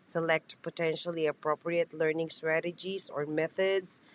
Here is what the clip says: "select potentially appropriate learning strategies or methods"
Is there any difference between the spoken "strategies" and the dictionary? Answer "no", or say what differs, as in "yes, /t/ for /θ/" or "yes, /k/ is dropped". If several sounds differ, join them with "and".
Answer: yes, /s/ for /z/